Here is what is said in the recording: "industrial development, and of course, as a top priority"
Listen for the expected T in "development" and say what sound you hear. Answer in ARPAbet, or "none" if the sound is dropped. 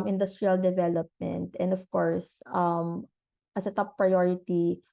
T